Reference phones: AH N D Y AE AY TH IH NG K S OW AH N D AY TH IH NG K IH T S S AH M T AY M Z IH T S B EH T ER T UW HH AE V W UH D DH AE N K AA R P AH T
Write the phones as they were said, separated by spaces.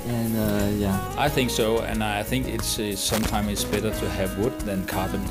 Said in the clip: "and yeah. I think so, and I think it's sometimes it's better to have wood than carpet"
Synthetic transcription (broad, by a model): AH N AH Y AE AY TH IH NG K S OW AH N AY TH IH NG K IH T S S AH M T AY M IH T S B EH T ER T UW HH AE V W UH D DH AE N K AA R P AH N